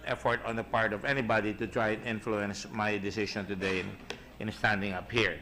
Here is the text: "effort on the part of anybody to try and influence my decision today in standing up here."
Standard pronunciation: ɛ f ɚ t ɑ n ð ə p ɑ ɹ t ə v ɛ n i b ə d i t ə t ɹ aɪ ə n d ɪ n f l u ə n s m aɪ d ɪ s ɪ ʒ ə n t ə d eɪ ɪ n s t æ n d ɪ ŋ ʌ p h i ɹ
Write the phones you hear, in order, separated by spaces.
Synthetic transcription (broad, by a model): ɛ f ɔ t ɑ n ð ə p ɑ ɹ t ə v ɛ n i b ə d i t ə t ɹ aɪ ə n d ɪ n f l u ə n s m aɪ d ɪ s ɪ ʃ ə n t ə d eɪ ɪ n s t æ n d ɪ ŋ ʌ p h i ɹ